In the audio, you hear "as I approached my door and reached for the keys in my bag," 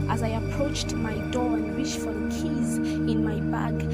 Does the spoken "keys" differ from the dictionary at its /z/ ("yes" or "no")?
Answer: no